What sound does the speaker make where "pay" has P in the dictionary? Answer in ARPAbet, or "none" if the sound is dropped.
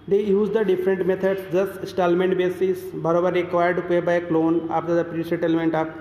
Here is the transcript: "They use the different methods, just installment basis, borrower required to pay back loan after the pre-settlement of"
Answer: B